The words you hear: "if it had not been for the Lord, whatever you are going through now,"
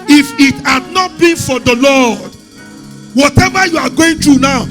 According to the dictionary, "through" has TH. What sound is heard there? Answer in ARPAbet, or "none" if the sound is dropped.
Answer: T